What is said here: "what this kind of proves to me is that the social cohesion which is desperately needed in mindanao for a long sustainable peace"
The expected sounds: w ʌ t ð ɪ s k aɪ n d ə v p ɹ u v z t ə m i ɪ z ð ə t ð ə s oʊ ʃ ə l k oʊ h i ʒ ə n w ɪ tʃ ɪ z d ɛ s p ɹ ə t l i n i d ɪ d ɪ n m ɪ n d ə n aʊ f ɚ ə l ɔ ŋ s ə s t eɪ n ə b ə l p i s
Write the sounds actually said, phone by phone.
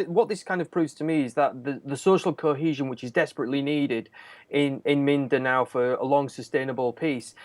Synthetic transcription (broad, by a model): w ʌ t ð ɪ s k aɪ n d ə v p ɹ u v z t ə m i ɪ z ð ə t ð ə s oʊ ʃ ə l k oʊ h i ʒ ə n w ɪ tʃ ɪ z d ɛ s p ɹ ə t l i n i d ɪ d ɪ n m ɪ n d ə n aʊ f ɚ ə l ɔ ŋ s ə s t eɪ n ə b ə l p i s